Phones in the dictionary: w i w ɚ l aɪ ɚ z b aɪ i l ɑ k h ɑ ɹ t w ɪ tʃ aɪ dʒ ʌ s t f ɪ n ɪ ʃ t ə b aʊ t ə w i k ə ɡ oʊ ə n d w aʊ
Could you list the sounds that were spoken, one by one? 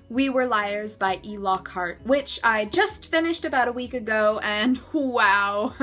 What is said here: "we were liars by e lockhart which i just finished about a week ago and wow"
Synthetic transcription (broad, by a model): w i w ɚ l aɪ ɚ z b aɪ i l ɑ k ɑ ɹ t w ɪ tʃ aɪ dʒ ʌ s t f ɪ n ɪ ʃ t ə b aʊ t ə w i k ə ɡ oʊ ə n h w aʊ